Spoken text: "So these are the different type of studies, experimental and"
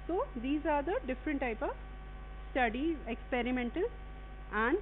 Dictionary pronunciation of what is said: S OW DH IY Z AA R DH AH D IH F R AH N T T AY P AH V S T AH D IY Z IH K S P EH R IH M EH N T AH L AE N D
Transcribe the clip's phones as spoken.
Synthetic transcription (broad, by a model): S OW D IY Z AA R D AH D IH F R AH N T T AY P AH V S T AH D IY IH K S P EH R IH M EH N T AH L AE N D